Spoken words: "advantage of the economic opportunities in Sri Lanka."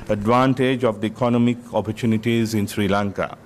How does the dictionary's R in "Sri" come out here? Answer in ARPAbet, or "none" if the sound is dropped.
R